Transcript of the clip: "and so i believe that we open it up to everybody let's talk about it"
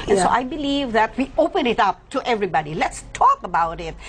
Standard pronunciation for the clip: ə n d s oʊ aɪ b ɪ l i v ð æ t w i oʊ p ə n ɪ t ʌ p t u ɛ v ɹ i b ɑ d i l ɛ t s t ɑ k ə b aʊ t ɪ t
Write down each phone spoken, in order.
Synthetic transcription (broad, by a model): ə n s oʊ aɪ b ɪ l i v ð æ t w i oʊ p ə n ɪ t ʌ p t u ɛ v ɹ i b ɑ d i l ɛ t s t ɑ k ə b aʊ t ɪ t